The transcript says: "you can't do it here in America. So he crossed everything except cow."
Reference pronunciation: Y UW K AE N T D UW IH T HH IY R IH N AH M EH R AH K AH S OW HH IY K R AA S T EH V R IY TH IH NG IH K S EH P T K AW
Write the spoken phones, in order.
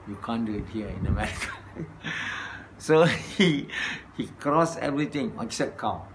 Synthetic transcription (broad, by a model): Y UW K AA N D UW IH T HH IY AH IH N AH M EH R AH K AH S OW HH IY K R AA S EH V R IY T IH NG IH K S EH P K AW